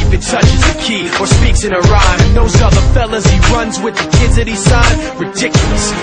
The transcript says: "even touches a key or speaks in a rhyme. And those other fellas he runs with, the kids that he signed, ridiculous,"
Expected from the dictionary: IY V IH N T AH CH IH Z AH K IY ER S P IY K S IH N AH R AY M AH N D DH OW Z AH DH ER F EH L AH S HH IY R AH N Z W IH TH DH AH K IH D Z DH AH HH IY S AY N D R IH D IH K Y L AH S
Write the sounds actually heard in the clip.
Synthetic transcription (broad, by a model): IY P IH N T AH CH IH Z AH K IY ER S P IY K S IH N AH R AY M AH N DH OW Z AH DH ER F EH L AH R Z IY R AH N Z W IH DH AH K IH D Z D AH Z S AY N R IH D IH K Y L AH S